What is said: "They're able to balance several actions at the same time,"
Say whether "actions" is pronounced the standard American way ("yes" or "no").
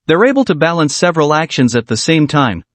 yes